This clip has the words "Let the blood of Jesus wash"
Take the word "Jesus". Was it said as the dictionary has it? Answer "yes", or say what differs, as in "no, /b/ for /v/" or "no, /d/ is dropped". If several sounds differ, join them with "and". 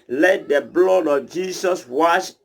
no, /s/ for /z/